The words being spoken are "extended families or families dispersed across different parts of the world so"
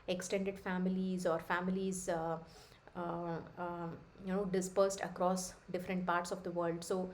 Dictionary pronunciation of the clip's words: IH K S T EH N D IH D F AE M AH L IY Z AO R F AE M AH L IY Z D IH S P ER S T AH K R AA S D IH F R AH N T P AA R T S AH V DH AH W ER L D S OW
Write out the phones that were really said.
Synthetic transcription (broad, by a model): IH K S T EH N D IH D F AE M AH L IY Z AO R F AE M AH L IY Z D IH S P ER S T AH K R AA S D IH F R AH N T P AA R T S AH V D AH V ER L D S OW